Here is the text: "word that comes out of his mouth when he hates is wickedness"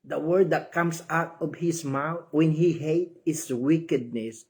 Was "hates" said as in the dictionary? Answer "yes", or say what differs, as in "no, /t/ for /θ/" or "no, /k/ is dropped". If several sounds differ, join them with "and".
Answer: no, /s/ is dropped